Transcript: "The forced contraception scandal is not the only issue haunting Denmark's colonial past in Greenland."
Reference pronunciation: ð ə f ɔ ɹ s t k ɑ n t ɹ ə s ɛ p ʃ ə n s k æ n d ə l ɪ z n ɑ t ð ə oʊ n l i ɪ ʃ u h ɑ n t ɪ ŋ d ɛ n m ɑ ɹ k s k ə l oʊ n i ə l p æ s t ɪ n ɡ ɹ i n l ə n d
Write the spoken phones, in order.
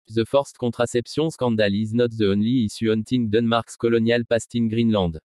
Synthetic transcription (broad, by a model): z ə f ɔ ɹ s t k ɑ t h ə s ɛ p s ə s k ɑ d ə l ɪ z n ɑ t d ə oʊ n l i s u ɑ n t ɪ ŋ d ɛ n m ɑ ɹ k s k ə l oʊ n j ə l p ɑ s t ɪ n ɡ ɹ i n l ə d